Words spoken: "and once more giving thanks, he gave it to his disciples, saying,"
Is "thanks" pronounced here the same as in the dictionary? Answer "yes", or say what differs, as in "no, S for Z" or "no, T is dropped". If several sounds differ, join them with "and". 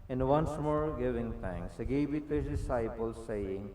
no, T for TH